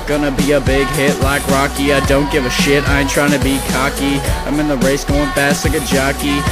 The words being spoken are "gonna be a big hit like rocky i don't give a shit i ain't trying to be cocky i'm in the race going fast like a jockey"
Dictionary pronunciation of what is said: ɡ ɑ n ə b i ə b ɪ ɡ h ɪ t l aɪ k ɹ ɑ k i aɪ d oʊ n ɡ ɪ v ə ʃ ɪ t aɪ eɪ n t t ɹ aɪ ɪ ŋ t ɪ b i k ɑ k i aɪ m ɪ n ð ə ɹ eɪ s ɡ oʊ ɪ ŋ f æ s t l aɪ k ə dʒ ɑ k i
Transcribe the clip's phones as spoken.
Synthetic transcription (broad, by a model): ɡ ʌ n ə b i ə b ɪ ɡ h ɪ t l aɪ k ɹ ɑ k i aɪ d oʊ n ɡ ɪ v ə ʃ ɪ t aɪ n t t ɹ aɪ ɪ ŋ t ɪ b i k ɑ k i aɪ m ɪ n ð ə ɹ eɪ s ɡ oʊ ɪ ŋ p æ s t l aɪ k ə dʒ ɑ k i